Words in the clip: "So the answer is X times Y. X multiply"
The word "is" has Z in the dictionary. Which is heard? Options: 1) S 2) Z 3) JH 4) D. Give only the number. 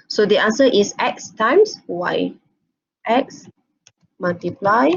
1